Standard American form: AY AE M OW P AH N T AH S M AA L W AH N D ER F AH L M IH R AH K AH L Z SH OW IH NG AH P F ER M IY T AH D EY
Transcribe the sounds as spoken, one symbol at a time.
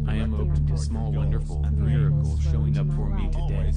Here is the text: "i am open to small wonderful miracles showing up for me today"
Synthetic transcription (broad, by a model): AY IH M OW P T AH S M AA L W AH N D ER F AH N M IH R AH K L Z SH OW IH NG AH P F ER M IY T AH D EY